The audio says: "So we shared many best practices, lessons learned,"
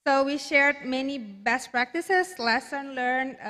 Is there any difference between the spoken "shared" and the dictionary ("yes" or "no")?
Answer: no